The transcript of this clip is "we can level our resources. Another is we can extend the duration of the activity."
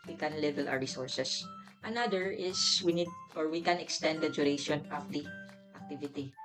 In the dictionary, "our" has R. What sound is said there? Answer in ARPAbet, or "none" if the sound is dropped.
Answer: W